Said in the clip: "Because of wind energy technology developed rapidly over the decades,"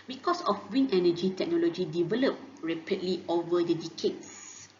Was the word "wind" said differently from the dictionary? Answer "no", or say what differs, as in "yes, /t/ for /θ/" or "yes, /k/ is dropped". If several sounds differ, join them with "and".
yes, /d/ is dropped